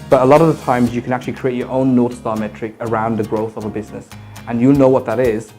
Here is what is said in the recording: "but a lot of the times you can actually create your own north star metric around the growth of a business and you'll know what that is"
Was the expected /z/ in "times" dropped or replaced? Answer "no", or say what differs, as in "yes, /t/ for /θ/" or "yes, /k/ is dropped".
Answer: no